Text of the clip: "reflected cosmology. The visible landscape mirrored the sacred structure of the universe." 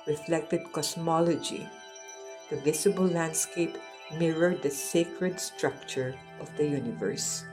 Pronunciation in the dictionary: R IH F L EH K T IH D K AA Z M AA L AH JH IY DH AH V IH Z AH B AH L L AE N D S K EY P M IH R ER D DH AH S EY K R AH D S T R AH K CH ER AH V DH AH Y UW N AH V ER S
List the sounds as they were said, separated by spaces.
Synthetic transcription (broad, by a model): R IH F L EH K T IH D K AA S M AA L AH JH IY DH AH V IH S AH B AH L L AE N D S K EY P M IH R ER D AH S EY K R AH D S T R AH K CH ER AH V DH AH Y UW N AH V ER S